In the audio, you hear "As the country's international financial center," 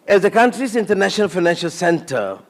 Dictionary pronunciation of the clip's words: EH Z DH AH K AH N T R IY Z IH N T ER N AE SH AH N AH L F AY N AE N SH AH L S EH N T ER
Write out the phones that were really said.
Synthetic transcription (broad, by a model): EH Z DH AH K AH N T R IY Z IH N T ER N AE SH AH N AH L F AY N AE N SH AH L S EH N T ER